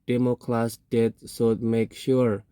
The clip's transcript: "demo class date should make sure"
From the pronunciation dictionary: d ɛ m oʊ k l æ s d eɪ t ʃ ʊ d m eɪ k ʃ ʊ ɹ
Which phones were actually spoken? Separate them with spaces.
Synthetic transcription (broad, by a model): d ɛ m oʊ k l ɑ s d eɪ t s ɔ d m eɪ k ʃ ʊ ɹ